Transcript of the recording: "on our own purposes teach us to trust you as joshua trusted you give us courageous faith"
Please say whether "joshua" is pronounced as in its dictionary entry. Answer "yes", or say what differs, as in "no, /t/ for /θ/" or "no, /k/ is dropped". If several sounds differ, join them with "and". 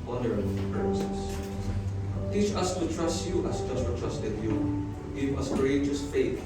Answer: no, /s/ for /ʃ/